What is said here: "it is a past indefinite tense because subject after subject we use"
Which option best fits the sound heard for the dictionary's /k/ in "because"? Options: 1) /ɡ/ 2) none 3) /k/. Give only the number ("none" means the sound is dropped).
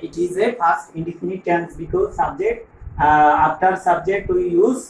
3